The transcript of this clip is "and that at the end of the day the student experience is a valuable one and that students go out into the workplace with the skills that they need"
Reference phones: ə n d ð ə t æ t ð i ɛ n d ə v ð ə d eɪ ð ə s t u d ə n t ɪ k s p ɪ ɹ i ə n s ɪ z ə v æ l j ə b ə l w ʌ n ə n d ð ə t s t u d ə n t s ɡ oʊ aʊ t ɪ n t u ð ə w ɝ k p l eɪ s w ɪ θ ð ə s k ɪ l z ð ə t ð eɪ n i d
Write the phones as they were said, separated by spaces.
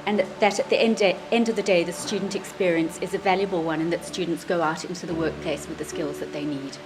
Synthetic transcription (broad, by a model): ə n ð ə t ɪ t ð i ɛ n d ə v ð ə d eɪ ð ə s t u d n t ɪ k s p ɪ ɹ i ə n s ɪ z ə v æ l j ə b ə l w ʌ n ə n ð ə t s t u d n t s ɡ oʊ aʊ t ɪ n t u ð ə w ɝ k p l eɪ s w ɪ ð ə s k ɪ l z ð ə t ð eɪ n i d